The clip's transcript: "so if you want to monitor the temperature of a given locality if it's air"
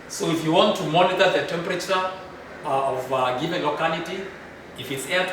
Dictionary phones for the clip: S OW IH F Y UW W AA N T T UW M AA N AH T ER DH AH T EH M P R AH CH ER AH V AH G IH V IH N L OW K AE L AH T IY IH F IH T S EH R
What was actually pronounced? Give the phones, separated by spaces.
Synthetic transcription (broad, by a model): S OW IH F Y UW W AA N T T UW M AA N AH T ER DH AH T EH M P R AH CH ER AH V G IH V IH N L OW K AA L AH T IY IH F IH T S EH